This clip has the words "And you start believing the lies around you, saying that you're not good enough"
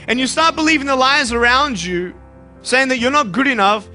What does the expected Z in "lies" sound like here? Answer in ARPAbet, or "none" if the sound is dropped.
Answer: Z